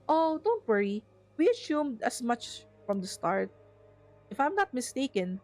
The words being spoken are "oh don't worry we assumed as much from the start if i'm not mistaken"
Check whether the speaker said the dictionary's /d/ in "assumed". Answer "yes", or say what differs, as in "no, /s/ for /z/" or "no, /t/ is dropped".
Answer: yes